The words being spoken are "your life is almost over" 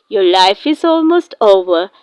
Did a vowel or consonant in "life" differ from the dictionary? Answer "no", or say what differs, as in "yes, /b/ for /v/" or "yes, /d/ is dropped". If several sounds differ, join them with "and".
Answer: no